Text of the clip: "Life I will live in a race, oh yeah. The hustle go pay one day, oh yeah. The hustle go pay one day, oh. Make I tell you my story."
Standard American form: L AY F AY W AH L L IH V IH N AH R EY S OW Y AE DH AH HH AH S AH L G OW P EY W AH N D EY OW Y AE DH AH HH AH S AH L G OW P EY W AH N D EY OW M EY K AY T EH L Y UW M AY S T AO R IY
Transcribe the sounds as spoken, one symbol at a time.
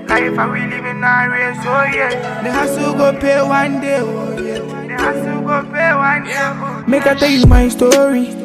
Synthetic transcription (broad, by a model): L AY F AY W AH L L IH B IH N AH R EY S OW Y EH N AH HH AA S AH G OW P EY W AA N D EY OW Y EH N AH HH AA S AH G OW P EY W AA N D EY OW M EY K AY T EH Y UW M AY S T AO R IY